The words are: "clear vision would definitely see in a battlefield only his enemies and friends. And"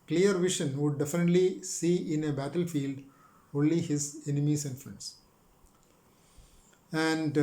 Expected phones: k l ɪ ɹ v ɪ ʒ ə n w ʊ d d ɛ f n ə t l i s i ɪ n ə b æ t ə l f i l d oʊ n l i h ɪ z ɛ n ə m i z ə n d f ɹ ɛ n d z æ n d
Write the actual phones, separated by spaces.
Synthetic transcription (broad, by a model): k l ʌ ɹ v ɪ ʃ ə n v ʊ d d ɛ f n ə t l i s i ɪ n ə b æ t ə l f i l d oʊ n l i h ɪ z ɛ n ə m i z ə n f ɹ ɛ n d s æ n d